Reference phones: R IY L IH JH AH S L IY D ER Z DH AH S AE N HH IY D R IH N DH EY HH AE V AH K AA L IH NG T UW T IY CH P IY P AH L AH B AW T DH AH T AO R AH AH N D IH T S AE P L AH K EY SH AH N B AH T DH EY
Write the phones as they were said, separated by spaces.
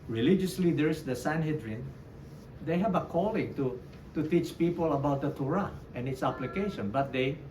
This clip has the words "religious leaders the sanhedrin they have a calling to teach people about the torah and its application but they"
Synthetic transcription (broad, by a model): R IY L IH JH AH S L IY D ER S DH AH S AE N HH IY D R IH N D EY HH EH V AH K AA L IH NG T UW T IY CH P IY P AH L AH B AW T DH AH T AO R AH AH N IH T S AE P L AH K EY SH AH N B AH T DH EY